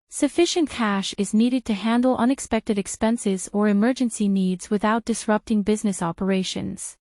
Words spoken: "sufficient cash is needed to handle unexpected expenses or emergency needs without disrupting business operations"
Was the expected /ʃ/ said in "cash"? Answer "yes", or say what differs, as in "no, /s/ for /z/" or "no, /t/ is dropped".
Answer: yes